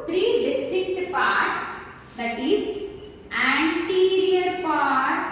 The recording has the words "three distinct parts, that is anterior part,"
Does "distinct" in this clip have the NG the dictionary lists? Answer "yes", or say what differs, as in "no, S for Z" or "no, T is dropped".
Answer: no, NG is dropped